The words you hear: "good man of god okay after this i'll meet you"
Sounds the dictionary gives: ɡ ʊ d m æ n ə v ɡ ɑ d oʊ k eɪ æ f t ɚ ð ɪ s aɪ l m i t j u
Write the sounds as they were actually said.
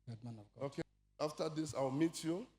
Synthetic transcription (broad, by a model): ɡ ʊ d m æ n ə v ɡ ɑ oʊ k eɪ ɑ f t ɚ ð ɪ s aɪ w m i t j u